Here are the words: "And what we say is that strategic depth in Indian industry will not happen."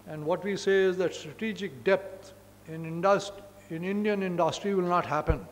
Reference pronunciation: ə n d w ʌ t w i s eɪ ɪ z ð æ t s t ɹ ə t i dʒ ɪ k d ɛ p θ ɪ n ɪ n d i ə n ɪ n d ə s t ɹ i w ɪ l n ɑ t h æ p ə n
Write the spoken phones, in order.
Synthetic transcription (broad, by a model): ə n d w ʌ t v i s eɪ ɪ z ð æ t s t ɹ ə t i dʒ ɪ k d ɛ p s ɪ n ɪ n d i ə n ɪ n d ə s t ɹ i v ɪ l n ɑ t h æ p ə n